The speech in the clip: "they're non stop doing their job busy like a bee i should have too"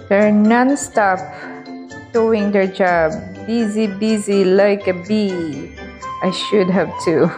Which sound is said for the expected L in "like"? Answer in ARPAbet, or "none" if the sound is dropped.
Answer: L